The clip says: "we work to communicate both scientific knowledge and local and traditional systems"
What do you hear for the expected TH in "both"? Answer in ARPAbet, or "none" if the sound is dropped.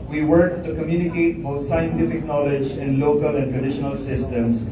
T